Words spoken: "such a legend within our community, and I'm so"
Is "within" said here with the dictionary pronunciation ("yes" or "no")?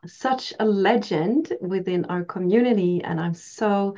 yes